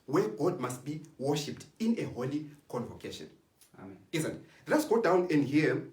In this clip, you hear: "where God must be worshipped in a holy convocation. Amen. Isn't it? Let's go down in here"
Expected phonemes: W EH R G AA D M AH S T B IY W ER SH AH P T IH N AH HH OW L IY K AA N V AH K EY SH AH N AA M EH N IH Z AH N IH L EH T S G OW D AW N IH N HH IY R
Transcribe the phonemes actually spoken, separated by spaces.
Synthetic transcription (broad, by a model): W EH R G AA D M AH S T B IY W ER SH AH P T IH N AH HH OW L IY K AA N V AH K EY SH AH N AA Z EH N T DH IH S G OW D AW N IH N HH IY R